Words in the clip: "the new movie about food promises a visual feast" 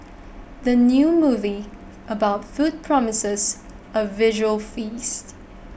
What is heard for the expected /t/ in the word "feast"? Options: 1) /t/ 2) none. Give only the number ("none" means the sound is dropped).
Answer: 1